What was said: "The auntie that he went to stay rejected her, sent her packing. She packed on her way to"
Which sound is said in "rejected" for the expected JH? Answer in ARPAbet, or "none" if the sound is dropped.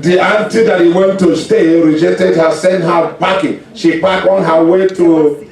JH